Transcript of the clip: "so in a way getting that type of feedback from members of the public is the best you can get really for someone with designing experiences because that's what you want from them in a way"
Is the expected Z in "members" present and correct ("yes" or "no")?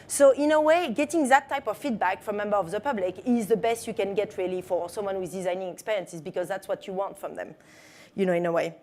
no